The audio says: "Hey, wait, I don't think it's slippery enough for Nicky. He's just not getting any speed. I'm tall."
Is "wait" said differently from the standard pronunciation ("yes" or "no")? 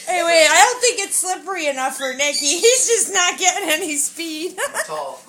yes